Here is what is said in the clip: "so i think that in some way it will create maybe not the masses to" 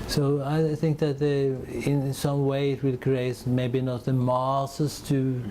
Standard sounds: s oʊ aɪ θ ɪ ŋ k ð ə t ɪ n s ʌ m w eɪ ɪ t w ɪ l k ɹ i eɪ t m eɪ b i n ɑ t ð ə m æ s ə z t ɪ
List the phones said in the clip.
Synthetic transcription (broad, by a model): s oʊ aɪ θ ɪ ŋ k ð ə t ɪ n s ʌ m w eɪ ɪ t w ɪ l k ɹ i eɪ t m eɪ b i n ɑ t ð ə m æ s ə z t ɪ